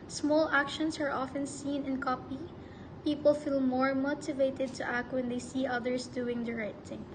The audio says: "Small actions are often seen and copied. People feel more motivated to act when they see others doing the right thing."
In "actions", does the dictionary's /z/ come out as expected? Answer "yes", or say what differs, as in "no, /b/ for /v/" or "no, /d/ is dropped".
no, /s/ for /z/